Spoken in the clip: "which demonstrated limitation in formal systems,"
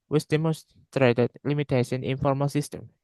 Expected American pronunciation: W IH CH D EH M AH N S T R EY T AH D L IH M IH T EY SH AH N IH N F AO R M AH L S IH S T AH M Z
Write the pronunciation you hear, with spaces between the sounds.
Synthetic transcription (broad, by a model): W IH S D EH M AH S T R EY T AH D L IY M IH T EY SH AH N IH N F AO R M AH L S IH S T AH M